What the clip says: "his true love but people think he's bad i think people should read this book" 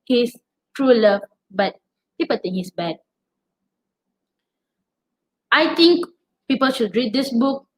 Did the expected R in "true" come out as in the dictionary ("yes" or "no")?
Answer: yes